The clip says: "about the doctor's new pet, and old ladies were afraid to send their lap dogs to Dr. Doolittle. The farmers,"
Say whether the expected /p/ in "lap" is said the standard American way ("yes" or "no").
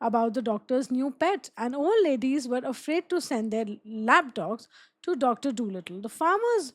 no